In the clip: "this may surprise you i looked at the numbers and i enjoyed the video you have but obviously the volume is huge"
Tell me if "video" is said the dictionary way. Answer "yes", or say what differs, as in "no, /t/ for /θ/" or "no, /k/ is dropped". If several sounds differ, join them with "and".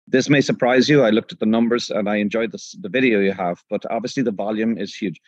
yes